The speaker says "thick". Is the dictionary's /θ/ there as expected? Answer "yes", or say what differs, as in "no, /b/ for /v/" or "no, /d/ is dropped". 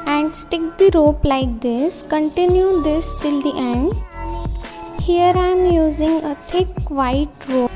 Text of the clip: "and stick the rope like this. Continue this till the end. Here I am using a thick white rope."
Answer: no, /t/ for /θ/